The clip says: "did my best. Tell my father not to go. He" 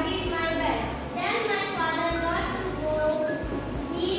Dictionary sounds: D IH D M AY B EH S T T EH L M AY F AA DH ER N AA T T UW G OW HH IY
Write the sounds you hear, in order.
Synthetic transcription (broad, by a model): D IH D M AY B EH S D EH N M AY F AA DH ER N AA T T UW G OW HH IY